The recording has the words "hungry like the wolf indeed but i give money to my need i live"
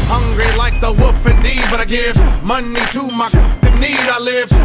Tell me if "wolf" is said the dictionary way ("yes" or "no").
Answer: no